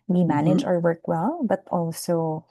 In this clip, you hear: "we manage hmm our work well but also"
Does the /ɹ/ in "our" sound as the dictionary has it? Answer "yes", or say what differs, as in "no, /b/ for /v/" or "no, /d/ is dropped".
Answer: yes